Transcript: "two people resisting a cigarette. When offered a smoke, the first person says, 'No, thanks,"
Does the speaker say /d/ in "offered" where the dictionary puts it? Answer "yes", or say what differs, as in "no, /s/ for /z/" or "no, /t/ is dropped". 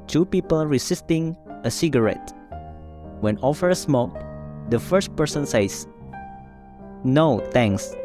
no, /d/ is dropped